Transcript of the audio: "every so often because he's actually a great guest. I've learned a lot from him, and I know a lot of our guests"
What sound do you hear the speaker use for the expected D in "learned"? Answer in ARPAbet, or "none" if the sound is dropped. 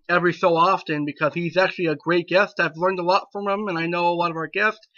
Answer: D